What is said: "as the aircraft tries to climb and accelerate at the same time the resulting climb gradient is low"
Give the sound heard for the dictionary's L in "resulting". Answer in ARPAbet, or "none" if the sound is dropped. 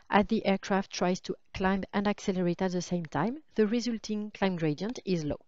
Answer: L